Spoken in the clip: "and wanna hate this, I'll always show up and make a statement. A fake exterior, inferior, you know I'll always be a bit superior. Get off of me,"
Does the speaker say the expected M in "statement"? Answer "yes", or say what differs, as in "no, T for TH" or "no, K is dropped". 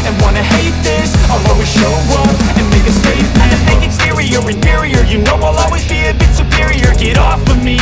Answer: no, M is dropped